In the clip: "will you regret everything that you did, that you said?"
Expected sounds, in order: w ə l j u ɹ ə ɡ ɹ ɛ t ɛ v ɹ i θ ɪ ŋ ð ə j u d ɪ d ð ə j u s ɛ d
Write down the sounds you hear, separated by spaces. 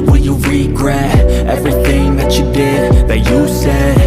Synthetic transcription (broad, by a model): w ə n j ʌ ɹ ə ɡ ɹ ɛ t ɛ v ɹ i θ ɪ ŋ ð ə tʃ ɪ d ɪ d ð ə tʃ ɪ s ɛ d